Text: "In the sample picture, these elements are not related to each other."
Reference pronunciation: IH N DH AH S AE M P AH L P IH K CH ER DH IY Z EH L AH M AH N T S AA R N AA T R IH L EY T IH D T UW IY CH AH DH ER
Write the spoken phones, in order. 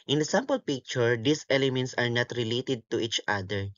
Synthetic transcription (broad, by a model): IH N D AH S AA M P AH L P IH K CH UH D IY S EH L AH M AH N T S AA R N AA T R IH L EY T IH D T UW IY CH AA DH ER